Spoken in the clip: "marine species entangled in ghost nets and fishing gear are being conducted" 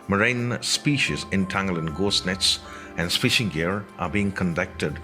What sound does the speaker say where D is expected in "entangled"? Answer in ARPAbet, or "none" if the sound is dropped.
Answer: none